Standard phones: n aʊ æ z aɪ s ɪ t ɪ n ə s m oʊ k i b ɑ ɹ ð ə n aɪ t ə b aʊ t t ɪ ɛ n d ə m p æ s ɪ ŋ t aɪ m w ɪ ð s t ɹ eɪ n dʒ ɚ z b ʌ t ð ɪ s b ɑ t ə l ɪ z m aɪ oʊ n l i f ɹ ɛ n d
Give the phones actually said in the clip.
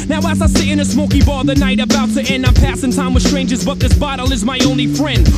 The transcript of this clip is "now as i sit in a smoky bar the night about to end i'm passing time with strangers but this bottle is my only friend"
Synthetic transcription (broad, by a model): n aʊ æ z aɪ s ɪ ɪ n ə s m oʊ k i b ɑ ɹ ð ə n aɪ t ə b aʊ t t ɪ ɛ n d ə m p æ s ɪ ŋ t aɪ m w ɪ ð s t ɹ eɪ n dʒ ɚ z b ʌ t ð ɪ s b ɑ t l ɪ z m aɪ oʊ n l i f ɹ ɛ n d